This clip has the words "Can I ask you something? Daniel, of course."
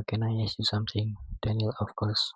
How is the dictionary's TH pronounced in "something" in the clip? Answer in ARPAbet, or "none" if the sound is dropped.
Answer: T